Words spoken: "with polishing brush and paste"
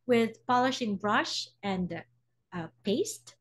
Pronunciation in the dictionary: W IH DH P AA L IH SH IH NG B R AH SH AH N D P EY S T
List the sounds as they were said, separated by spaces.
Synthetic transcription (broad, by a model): W IH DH P AA L IH SH IH NG B R AH SH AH N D P EY S T